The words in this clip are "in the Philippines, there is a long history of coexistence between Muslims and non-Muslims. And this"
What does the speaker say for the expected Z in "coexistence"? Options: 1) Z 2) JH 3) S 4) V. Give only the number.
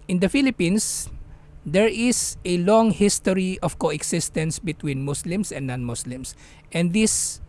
3